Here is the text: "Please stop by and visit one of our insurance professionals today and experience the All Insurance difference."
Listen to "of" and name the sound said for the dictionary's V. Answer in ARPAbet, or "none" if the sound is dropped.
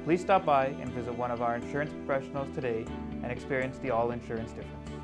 V